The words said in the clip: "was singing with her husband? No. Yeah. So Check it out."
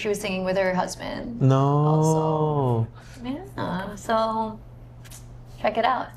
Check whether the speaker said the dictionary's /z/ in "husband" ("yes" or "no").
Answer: yes